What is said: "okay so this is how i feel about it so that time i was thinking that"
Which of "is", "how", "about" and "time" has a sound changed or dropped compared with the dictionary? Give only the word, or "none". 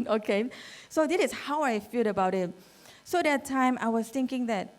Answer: is